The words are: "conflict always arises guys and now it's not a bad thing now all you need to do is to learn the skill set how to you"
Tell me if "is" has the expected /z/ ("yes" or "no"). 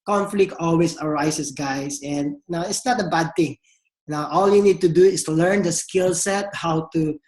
no